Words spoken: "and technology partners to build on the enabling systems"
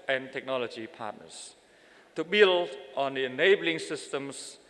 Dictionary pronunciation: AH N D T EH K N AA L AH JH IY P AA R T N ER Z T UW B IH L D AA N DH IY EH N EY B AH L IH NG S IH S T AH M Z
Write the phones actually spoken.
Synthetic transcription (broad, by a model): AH N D T EH K N AA L AH JH IY P AA T N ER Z T UW B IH L AA N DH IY EH N EY B AH L IH NG S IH S T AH M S